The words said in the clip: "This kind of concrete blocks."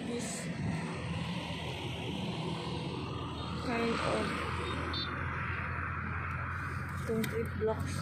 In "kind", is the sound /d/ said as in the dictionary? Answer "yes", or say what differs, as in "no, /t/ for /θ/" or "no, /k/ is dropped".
no, /d/ is dropped